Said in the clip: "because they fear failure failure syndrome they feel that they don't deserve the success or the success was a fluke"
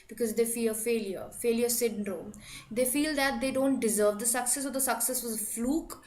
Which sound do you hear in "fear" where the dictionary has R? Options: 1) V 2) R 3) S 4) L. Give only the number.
4